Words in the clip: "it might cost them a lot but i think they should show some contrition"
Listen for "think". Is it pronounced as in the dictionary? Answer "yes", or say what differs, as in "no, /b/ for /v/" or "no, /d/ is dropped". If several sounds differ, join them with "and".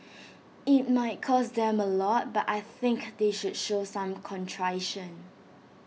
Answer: yes